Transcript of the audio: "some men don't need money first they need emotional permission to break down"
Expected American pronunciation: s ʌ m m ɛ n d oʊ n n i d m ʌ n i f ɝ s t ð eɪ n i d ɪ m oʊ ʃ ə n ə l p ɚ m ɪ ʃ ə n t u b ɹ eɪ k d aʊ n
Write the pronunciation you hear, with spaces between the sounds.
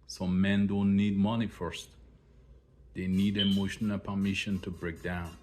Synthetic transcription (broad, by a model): s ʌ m m ɛ n d oʊ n n i d m ʌ n i f ɝ s t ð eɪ n i d ɪ m oʊ ʃ ə n ə l p ɚ m ɪ ʃ ə n t u b ɹ eɪ k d aʊ n